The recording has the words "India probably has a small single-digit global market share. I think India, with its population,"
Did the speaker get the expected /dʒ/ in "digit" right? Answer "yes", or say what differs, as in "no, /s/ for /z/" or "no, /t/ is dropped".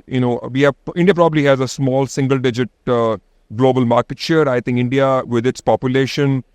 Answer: yes